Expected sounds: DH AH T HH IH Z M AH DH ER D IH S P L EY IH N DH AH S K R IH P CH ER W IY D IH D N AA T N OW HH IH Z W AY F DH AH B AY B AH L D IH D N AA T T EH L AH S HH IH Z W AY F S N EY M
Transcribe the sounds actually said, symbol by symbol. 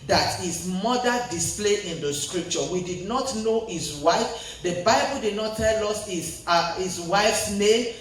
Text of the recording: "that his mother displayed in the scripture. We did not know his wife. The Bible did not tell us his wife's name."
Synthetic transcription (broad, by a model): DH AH T HH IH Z M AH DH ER D IH S P L EY IH N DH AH S K R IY P CH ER W IY D IH D N AA T N OW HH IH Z W AY F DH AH B AY B AH L D IH D N AA T T EH L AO S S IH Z W AY F S N EY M